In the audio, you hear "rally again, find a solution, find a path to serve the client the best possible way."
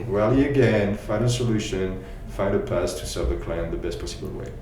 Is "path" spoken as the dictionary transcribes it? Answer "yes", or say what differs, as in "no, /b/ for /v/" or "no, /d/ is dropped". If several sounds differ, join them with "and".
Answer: no, /s/ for /θ/